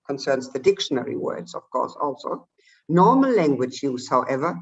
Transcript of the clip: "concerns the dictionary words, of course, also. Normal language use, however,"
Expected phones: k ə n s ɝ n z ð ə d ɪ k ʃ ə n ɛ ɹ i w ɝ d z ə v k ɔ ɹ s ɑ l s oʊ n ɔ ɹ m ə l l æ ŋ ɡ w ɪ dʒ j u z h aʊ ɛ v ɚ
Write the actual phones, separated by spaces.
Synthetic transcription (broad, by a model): k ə n s ɝ n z ð ə d ɪ k ʃ ə n ɛ ɹ i w ɝ d z ə v k ɔ ɹ s ɑ l s oʊ n ɔ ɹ m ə l l æ ŋ ɡ w ɪ dʒ j u z h aʊ ɛ v ɚ